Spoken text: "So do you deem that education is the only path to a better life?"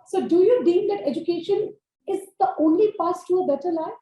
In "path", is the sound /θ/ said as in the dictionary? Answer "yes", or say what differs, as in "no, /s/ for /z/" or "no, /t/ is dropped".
no, /s/ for /θ/